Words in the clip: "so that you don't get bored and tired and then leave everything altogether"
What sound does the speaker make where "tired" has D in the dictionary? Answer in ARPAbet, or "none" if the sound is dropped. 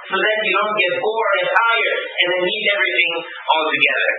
none